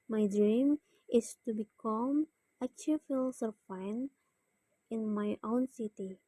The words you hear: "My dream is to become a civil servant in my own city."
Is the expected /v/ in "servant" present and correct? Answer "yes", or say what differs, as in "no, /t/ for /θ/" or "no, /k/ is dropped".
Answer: no, /f/ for /v/